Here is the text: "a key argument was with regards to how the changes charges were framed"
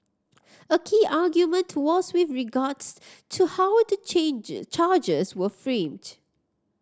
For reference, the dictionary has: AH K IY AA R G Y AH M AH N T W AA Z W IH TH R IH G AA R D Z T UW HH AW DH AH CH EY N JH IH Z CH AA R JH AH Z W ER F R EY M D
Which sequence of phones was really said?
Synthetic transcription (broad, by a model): AH K IY AA G Y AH M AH N T W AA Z W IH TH R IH G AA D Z T UW HH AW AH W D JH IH CH AA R JH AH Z W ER F R EY M D